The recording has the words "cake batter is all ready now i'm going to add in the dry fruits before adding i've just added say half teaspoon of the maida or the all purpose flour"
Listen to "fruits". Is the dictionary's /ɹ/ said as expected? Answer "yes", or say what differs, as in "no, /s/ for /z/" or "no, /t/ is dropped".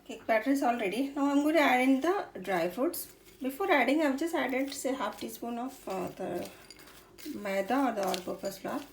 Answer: no, /ɹ/ is dropped